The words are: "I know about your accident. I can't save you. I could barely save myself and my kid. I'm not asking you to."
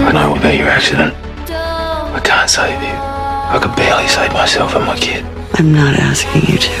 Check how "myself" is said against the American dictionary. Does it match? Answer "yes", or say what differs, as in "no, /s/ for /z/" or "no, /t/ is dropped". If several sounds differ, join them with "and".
yes